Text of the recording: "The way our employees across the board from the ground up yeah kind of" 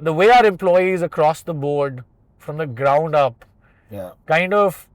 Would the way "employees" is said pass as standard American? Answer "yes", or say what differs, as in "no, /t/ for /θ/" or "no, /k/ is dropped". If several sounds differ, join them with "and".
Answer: yes